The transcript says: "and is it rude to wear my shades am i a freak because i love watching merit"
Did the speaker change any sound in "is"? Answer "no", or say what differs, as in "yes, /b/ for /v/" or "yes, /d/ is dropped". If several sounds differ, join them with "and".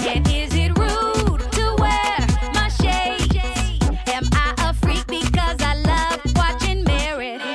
no